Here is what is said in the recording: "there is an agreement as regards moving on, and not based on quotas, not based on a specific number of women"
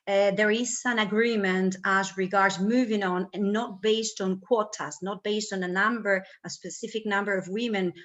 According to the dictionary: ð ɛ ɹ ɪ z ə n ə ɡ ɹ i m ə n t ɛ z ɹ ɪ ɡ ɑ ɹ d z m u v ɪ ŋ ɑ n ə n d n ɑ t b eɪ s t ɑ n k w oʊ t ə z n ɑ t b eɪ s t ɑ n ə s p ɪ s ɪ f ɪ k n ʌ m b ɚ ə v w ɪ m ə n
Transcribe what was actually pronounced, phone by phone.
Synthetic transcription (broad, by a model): ð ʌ ɹ ɪ z ə n ə ɡ ɹ i m ə n t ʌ z ɹ ɪ ɡ ɑ ɹ d z m u v ɪ ŋ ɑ n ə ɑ t b eɪ s t n k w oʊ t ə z n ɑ t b eɪ s t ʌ n ə s p ɪ s ɪ f ɪ k n ʌ m b ɚ ə v w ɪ m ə n